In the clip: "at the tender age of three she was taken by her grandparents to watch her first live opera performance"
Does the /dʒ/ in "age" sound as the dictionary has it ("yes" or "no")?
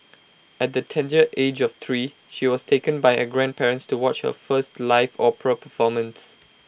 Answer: yes